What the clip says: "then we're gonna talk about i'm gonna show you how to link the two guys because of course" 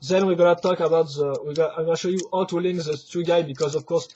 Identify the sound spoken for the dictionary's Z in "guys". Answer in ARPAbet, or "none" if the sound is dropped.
none